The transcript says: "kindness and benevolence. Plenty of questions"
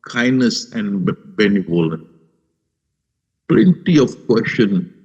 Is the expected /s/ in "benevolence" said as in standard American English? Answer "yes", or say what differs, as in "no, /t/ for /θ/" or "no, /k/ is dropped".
no, /s/ is dropped